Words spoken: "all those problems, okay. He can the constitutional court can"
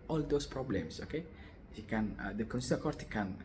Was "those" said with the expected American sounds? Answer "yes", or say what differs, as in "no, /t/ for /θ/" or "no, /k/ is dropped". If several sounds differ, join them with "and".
no, /s/ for /z/